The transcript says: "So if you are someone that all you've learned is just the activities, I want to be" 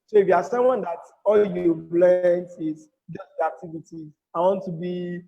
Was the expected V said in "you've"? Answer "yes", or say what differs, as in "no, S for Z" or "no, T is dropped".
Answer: no, B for V